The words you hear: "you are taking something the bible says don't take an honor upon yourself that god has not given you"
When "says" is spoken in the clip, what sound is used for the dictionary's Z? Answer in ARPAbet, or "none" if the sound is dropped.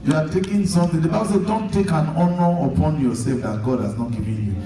none